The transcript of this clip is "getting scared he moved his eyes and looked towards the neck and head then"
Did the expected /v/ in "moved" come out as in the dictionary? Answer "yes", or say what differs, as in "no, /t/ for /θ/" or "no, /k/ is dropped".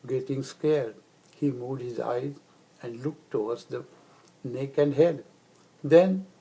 no, /v/ is dropped